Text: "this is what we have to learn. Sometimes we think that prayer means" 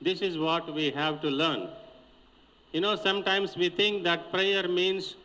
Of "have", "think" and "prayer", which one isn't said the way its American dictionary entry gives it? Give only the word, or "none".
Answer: think